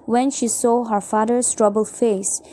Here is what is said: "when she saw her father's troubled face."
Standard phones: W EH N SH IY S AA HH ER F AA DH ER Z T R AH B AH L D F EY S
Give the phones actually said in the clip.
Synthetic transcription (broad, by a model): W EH N SH IY S AA HH ER F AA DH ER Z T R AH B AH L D F EY S